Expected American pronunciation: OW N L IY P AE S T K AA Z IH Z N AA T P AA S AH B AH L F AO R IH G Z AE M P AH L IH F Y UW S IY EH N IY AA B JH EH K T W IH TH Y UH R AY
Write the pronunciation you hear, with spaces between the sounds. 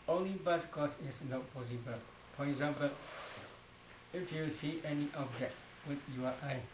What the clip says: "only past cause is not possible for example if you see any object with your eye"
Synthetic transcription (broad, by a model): OW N L IY B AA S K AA S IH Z N AA T P AA S AH B AH L F AO R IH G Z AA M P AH L IH F Y UW S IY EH N IY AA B JH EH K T W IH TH Y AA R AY